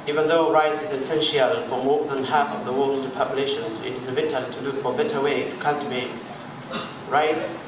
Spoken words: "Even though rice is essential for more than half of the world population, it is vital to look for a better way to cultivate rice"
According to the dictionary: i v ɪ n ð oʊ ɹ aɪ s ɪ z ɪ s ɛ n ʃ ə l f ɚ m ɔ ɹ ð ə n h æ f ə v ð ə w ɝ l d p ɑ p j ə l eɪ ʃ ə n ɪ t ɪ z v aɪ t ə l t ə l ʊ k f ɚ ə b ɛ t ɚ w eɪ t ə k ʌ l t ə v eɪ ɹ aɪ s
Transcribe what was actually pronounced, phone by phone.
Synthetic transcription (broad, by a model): i v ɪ n ð oʊ ɹ aɪ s ɪ z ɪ s ɛ n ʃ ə l f ɚ m ɔ ɹ ð ə n h æ f ə v ð ə w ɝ l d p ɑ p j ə l eɪ ʃ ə n ɪ t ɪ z b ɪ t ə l t ə l ʊ k f ɚ ə b ɛ t ɚ w eɪ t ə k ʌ n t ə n ɹ aɪ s